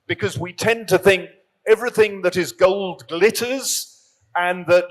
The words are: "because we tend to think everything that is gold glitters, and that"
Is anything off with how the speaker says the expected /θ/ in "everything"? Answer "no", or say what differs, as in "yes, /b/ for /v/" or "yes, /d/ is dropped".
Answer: no